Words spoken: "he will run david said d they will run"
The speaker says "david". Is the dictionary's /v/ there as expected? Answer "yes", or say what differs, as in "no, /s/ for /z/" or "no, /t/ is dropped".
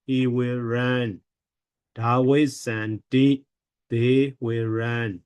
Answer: no, /w/ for /v/